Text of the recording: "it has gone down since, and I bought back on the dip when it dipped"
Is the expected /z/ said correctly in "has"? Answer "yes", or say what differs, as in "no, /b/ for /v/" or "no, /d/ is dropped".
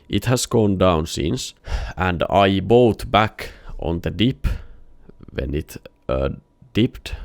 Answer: no, /s/ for /z/